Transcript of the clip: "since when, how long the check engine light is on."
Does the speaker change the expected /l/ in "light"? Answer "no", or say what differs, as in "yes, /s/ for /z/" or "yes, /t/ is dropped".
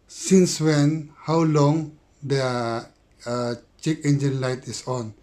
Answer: no